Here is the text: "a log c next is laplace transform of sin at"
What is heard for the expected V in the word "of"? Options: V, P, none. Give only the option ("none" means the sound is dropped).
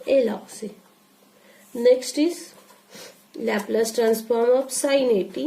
P